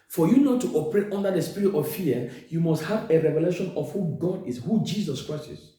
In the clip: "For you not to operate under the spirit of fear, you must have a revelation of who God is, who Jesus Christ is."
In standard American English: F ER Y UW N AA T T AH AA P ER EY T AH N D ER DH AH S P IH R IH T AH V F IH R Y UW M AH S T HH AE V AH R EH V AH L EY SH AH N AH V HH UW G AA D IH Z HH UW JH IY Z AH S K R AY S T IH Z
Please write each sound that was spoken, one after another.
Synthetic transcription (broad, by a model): F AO Y UW N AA T T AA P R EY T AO N D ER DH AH S P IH R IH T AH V F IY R Y UW M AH S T HH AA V AH R EH V AH L EY SH AH N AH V HH UW G AA D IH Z HH UW JH IY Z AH S K R AY S T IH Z